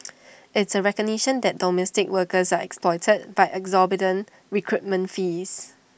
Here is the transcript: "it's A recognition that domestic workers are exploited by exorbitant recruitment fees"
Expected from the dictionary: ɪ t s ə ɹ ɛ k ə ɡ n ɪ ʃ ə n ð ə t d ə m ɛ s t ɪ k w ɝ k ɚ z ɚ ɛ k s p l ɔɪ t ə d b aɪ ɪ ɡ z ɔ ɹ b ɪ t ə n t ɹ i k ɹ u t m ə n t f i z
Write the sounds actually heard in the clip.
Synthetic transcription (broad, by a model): ɪ t s ə ɹ ɛ k ə ɡ n ɪ ʃ ə n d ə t d ə m ɛ s t ɪ k w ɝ k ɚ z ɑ ɛ k s p l ɔɪ t ə d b aɪ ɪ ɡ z ɔ b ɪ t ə n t ɹ i k ɹ u t m ə n t f i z